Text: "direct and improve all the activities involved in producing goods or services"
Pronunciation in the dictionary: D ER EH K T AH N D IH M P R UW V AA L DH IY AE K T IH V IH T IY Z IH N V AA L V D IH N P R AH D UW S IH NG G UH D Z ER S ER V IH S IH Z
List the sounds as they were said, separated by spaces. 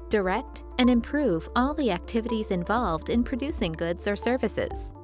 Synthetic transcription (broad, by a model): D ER EH K T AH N IH M P R UW V AA L DH IY AE K T IH V IH T IY Z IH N V AA L V D IH N P R AH D UW S IH NG G UH D Z ER S ER V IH S IH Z